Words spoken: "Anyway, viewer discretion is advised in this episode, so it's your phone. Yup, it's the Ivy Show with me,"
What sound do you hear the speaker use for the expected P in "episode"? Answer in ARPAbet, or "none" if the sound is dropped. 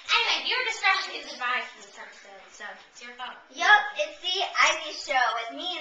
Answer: none